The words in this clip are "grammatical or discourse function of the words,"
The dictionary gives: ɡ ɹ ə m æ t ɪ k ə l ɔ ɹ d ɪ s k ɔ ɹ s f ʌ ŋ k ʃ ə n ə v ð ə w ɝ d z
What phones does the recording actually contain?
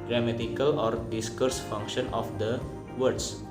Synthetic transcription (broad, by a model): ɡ ɹ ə m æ t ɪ k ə l ɔ ɹ d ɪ s k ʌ ɹ s f ʌ ŋ k ʃ ə n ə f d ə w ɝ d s